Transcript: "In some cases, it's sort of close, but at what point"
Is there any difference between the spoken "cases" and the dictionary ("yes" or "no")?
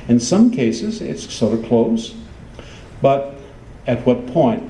no